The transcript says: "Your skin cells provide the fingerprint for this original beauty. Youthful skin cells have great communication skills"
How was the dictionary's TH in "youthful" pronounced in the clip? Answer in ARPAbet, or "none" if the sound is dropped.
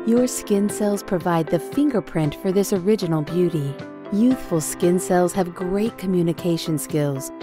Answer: TH